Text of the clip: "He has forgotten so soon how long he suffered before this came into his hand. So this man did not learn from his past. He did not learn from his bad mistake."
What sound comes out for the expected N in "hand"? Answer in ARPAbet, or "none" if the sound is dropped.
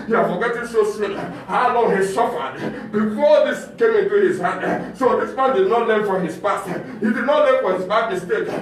none